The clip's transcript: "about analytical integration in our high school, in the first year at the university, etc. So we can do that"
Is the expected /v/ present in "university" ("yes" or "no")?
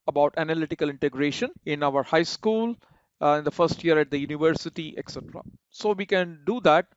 yes